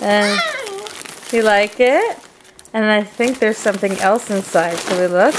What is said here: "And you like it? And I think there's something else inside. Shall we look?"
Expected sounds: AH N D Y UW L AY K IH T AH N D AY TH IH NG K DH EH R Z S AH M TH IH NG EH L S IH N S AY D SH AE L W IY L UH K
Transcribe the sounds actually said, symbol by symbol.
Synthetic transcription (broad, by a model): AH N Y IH L AY K IH T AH N AY TH IH NG K DH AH R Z S AH M TH IH NG EH L S IH N S AY D S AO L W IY L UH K